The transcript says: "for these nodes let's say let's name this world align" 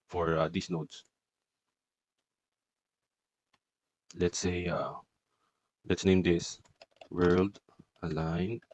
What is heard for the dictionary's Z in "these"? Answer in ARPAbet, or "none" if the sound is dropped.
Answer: S